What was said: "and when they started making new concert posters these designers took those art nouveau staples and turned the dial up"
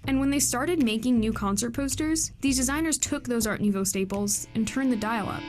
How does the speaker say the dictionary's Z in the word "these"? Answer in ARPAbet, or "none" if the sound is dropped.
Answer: Z